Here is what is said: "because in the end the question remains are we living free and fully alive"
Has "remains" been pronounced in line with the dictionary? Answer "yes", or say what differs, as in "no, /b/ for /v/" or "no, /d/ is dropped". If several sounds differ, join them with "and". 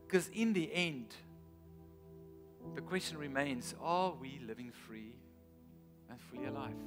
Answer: yes